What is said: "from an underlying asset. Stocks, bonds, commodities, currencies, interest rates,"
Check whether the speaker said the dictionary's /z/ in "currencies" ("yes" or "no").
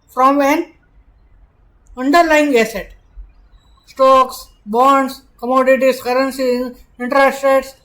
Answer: no